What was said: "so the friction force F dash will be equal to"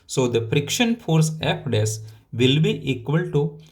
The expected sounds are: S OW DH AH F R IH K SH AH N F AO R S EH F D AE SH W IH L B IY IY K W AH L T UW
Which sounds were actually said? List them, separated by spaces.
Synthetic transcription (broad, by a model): S OW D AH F R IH K SH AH N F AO R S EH P D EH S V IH L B IY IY K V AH L T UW